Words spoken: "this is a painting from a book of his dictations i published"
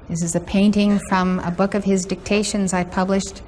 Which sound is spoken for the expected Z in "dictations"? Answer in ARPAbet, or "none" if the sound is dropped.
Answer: Z